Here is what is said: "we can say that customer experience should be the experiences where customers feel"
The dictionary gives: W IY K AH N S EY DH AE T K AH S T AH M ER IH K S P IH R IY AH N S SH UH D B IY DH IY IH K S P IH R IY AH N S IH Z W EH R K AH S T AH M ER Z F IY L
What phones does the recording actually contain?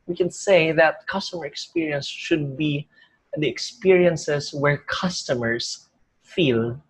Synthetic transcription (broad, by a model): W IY K AH N S EY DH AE T K AH S T AH M ER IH K S P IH R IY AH N S SH UH D B IY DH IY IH K S P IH R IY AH N S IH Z W EH R K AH S T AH M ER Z F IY L